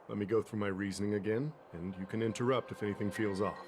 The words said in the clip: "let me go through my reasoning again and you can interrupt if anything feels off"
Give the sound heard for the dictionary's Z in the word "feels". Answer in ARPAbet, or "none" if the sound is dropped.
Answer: Z